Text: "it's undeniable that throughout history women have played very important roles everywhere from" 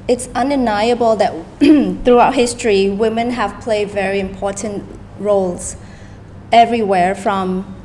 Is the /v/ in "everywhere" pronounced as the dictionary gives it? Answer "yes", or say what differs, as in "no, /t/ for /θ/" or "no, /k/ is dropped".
yes